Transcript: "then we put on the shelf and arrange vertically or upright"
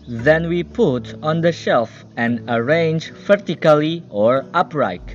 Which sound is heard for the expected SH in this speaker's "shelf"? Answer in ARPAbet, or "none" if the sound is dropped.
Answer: SH